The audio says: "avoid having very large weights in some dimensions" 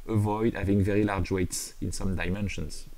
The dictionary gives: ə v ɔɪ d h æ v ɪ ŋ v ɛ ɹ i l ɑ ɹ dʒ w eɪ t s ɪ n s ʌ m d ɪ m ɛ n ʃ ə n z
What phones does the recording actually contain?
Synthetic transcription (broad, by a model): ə v ɔɪ d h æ v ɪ ŋ v ɛ ɹ i l ɑ ɹ dʒ w eɪ t s ɪ n s ʌ m d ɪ m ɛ n ʃ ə n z